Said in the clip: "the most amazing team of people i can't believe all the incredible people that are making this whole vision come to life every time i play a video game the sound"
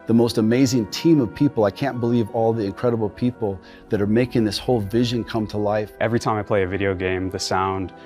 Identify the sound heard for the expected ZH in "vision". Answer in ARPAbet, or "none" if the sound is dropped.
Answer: ZH